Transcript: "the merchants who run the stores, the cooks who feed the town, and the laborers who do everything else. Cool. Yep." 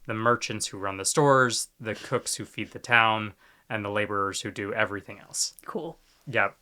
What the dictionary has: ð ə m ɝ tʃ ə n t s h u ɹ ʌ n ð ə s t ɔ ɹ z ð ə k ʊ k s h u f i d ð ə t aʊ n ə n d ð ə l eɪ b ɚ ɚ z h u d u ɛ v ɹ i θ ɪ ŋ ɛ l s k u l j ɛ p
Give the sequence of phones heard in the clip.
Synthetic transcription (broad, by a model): ð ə m ɝ tʃ ə n t s h u ɹ ʌ n ð ə s t ɔ ɹ z ð ə k ʊ k s h u f i d ð ə t aʊ n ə n ð ə l eɪ b ɚ ɚ z h u d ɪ ɛ v ɹ i θ ɪ ŋ ɛ l s k u l j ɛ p